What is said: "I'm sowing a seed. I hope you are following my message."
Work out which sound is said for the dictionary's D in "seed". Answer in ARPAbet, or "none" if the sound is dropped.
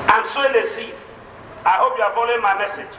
none